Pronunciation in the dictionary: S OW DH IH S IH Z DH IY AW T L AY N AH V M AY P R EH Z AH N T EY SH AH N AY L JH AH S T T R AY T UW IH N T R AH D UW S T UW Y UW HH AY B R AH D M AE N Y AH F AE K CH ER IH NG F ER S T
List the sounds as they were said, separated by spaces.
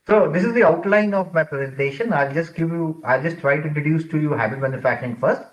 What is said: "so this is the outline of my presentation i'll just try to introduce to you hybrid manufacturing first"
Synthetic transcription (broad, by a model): S OW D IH S IH Z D IY AW T L AY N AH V M AY P R EH Z AH N T EY SH AH N AY L JH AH S T T R AY T UW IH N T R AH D UW S T UW Y UW HH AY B AH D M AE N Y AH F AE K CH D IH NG F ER S T